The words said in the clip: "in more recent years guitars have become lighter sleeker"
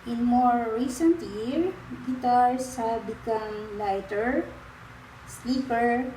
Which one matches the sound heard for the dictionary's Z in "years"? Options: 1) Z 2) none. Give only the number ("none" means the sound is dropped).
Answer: 2